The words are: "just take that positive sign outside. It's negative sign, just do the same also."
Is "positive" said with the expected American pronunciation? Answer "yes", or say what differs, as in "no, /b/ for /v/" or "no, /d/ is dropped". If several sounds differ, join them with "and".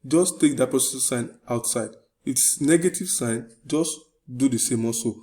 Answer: no, /s/ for /z/ and /s/ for /t/